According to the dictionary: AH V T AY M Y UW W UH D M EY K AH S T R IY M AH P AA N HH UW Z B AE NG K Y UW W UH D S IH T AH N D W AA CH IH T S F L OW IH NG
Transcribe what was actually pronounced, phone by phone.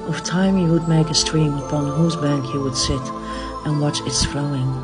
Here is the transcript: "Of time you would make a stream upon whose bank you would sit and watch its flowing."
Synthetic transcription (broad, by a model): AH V T AY M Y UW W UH D M EY K AH S T R IY M AH P AA N HH UW Z B AE NG K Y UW W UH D S IH T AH N W AA CH IH T S F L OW IH NG